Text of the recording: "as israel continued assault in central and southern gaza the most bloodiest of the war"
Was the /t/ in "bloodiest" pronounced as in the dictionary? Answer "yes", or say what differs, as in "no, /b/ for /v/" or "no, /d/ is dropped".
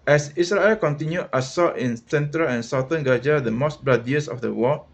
no, /t/ is dropped